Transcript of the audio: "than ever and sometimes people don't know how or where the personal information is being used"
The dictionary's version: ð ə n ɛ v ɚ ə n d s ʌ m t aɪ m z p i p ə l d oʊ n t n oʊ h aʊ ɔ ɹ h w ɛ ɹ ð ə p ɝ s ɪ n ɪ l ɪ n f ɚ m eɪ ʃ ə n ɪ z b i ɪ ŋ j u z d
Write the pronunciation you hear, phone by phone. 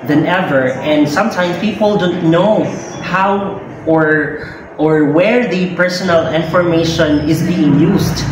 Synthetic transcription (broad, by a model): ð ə n ɛ v ɚ ə n d s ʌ m t aɪ m s p i p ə l d oʊ n t n oʊ h aʊ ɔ ɹ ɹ w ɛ ɹ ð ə p ɝ s ɪ n ɪ l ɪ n f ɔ m eɪ ʃ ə n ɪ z b i ɪ ŋ j u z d